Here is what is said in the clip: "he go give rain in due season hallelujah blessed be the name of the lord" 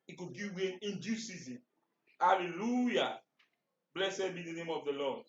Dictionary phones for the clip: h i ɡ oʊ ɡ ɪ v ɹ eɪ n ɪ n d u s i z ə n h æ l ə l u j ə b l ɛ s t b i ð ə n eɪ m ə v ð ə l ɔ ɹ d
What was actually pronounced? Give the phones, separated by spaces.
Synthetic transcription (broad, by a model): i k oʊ ɡ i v w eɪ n ɪ n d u s i z ə n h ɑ l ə l u j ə b l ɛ s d b i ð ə n eɪ m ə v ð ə l ɔ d